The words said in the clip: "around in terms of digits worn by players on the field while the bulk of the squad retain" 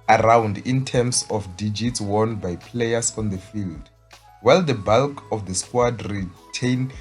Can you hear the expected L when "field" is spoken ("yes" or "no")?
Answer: yes